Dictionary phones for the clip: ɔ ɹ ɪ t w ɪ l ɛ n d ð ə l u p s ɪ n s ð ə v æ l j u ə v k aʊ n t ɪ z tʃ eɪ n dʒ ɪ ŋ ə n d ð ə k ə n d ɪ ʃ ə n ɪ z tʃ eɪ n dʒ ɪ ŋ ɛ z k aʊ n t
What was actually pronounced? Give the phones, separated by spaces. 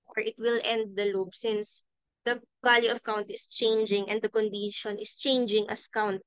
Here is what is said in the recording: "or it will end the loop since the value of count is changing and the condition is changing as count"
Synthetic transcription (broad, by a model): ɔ ɹ ɪ t w ɪ l ɛ n d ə l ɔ b s ɪ n s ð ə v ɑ l j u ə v k aʊ n t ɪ s tʃ eɪ n dʒ ɪ ŋ ə n d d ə k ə n d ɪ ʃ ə n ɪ s tʃ eɪ n dʒ ɪ ŋ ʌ s k aʊ n t